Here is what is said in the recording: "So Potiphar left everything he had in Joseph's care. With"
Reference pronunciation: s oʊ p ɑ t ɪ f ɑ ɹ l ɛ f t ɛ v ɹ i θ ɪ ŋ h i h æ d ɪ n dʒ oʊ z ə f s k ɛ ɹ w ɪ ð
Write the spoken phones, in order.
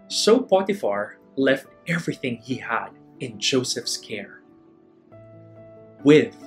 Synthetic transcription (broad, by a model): s oʊ p ɑ t ɪ f ɑ ɹ l ɛ f t ɛ v ɹ i θ ɪ ŋ h i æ d ɪ n dʒ oʊ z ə f s k ɛ ɹ w ɪ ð